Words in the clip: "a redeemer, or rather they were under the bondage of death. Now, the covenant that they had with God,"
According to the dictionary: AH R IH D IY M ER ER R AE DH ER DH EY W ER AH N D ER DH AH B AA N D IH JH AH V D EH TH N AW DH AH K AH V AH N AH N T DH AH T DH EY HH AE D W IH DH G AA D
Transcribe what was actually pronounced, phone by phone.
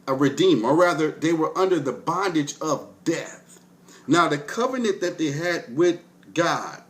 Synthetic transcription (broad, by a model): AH R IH D IY M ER ER R AE DH ER DH EY W ER AH N D ER DH AH B AA N D IH JH AH V D EH TH N AW DH AH K AH V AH N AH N DH AH T DH EY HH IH D W IH DH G AA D